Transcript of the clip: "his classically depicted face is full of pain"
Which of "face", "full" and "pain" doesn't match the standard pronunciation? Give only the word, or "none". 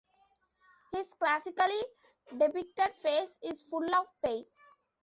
pain